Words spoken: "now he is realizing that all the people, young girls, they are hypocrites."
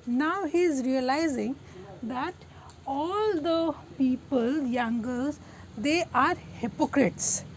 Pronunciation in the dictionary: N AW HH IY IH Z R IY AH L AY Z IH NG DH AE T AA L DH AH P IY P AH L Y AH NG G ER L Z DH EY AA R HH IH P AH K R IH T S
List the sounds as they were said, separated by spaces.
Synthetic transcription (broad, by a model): N AW HH IY IH Z R IY AH L AY Z IH NG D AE T AA L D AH P IY P AH L Y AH NG G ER Z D EY AA R HH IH P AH K R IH T S